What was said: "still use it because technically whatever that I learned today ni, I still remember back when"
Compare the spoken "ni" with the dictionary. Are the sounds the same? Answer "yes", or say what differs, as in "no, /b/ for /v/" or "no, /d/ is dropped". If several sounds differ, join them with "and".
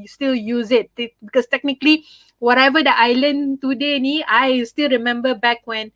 yes